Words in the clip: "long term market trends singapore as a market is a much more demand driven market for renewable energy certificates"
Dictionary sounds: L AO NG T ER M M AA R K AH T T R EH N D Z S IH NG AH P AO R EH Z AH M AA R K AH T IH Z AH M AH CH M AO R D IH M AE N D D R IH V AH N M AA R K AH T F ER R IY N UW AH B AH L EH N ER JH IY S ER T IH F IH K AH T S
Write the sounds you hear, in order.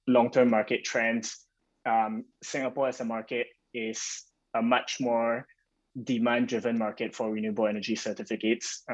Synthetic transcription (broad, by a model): L AO NG T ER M M AA R K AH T T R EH N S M S IH NG AH P AO R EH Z AH M AA R K AH T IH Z AH M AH CH M AO R D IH M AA N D D R IH V AH N M AA R K AH T F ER R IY N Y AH B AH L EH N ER JH IY S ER T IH F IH K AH T S